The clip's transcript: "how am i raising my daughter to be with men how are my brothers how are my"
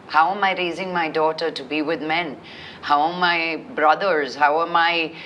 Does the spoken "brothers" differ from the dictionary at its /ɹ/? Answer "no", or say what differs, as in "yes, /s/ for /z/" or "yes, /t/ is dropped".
no